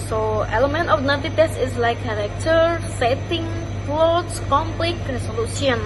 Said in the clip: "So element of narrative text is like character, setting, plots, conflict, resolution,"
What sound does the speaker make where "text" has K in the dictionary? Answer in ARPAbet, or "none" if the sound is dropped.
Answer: none